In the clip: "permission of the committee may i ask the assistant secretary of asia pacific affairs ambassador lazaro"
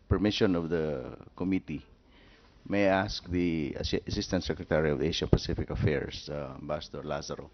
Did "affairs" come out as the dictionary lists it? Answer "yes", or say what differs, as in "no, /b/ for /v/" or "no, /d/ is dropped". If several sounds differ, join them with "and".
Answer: no, /s/ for /z/